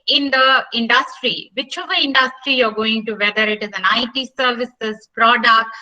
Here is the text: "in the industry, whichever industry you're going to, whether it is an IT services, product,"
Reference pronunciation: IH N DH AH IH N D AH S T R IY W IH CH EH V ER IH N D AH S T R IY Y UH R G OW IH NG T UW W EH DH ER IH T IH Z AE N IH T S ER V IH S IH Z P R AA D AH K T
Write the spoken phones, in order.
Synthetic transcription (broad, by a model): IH N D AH IH N D AH S T R IY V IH CH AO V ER IH N D AH S T R IY Y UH R G OW IH NG T UW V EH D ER IH T IH Z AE N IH T S ER V IH S IH Z P R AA D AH K T